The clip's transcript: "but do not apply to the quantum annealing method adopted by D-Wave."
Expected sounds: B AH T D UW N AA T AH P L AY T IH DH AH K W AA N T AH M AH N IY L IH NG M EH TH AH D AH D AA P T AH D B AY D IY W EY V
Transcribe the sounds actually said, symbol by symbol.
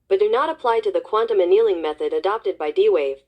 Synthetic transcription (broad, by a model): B AH T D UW N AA T AH P L AY T IH DH AH K W AA N T AH M AH N IY L IH NG M EH TH AH D AH D AA P T AH D B AY D IY W EY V